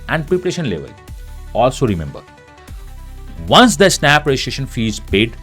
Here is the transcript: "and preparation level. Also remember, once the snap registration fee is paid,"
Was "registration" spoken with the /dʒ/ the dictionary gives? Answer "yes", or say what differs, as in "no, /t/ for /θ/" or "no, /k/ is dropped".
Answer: no, /dʒ/ is dropped